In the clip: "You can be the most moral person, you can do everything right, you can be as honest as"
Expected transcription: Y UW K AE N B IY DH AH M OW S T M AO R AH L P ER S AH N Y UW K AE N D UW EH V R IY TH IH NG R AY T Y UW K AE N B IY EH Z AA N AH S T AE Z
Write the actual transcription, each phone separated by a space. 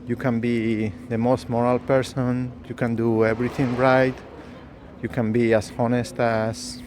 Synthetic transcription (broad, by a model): Y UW K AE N B IY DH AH M OW S T M AO R AH L P ER S AH N Y UW K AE N D UW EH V R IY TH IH NG R AY T Y UW K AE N B IY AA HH AA N AH S T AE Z